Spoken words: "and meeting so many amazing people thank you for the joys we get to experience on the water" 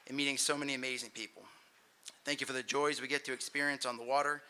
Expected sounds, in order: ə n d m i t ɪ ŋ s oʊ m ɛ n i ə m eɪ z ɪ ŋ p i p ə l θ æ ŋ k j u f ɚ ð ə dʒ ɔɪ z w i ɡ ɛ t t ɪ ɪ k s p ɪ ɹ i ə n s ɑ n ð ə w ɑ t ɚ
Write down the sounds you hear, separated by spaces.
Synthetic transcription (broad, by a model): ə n m i t ɪ ŋ s oʊ m ɛ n i ə m eɪ z ɪ ŋ p i p l θ æ ŋ k j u f ɚ ð ə dʒ ɔɪ z w i ɡ ɛ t t ɪ ɪ k s p ɪ ɹ i ə n s n ð ə w ɑ t ɚ